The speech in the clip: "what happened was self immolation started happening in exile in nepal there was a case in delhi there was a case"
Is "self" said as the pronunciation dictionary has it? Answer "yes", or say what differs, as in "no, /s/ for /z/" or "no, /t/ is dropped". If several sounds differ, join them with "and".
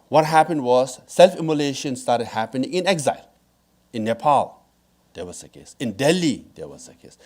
yes